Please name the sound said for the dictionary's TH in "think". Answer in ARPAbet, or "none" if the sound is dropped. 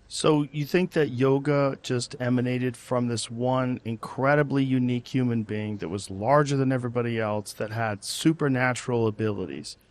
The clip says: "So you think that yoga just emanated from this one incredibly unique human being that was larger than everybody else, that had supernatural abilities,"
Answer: TH